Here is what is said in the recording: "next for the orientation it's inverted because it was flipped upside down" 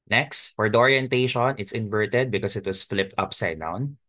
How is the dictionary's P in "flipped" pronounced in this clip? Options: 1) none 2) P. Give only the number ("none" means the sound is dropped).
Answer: 2